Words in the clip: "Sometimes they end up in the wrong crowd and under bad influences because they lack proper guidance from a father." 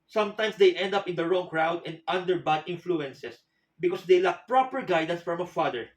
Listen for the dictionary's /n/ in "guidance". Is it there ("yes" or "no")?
yes